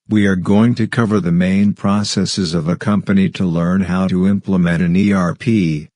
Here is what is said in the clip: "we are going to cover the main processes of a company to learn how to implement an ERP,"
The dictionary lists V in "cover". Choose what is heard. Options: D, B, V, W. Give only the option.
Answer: V